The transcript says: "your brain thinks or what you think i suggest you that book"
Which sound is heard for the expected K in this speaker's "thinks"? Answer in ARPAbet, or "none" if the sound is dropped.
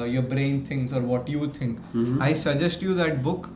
none